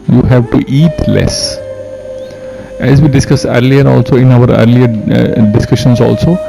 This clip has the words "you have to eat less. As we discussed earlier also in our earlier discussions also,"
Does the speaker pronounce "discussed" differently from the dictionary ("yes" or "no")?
yes